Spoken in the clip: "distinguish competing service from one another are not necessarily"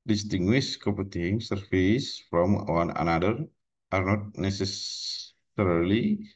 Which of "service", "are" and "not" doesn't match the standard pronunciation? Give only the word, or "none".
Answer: service